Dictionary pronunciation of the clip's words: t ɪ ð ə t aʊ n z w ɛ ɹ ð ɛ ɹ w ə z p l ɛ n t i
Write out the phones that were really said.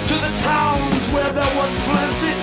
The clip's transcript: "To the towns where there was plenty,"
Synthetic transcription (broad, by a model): t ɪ ð ə t aʊ n z w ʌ ɹ ð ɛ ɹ w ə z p l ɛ n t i